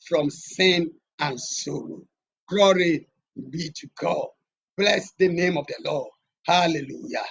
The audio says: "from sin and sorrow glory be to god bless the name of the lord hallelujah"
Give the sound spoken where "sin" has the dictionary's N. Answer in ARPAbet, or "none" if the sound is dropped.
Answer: N